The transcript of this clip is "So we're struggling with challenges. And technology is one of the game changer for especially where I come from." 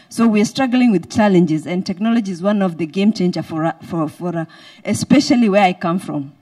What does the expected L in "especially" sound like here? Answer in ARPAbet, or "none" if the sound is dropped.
L